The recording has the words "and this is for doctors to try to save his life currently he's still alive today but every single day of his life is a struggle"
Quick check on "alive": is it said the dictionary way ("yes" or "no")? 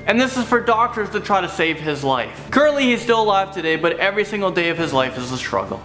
no